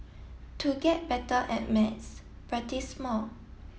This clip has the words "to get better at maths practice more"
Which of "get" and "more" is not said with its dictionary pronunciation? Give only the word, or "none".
more